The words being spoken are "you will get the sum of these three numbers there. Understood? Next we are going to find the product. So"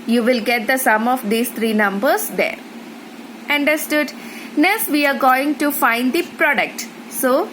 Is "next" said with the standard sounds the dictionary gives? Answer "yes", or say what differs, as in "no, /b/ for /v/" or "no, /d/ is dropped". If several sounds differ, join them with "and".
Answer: no, /k/ is dropped